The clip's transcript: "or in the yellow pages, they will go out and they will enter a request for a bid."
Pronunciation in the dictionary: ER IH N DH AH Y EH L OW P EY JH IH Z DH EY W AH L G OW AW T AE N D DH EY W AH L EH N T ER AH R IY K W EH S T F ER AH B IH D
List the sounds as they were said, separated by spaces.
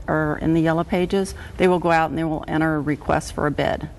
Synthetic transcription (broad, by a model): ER IH N DH AH Y EH L OW P EY JH IH Z DH EY W AH L G OW AW T N DH EY W AH L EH T ER AH R IY K W EH S T F ER AH B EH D